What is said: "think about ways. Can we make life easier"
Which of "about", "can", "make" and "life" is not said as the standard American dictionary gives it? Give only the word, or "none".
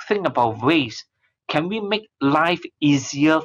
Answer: none